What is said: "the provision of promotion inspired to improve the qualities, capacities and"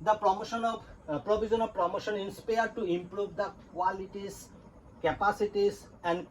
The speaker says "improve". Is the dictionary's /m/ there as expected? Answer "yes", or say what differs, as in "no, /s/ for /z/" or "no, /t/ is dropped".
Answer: yes